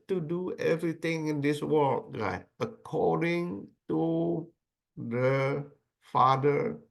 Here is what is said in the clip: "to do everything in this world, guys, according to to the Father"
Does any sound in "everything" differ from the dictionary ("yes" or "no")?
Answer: yes